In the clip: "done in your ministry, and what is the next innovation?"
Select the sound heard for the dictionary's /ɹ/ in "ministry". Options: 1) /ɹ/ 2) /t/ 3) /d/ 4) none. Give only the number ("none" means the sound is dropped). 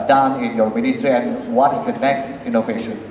1